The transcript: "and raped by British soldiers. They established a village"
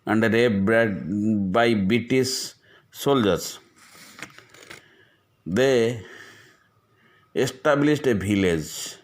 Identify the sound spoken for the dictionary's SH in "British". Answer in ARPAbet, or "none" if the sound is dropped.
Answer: S